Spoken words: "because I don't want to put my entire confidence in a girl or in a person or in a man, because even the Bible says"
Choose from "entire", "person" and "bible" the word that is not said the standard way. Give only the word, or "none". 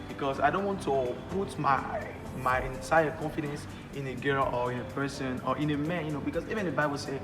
entire